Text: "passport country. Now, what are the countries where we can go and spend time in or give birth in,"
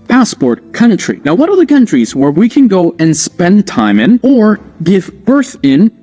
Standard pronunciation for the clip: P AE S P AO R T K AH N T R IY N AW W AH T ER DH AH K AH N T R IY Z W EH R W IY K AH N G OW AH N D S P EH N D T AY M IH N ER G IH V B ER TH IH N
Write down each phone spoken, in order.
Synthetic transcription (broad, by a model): P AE S P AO R T K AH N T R IY N AW W AH T ER DH AH K AH N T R IY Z W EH R W IY K AH N G OW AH N S P EH N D T AY M IH N ER G IH V B ER TH IH N